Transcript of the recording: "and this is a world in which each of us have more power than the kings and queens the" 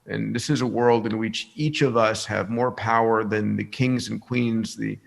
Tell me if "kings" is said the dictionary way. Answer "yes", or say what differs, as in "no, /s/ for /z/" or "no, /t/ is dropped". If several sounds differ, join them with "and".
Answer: yes